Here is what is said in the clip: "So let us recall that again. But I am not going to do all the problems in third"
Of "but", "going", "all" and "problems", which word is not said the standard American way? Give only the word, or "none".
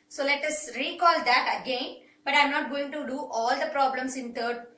problems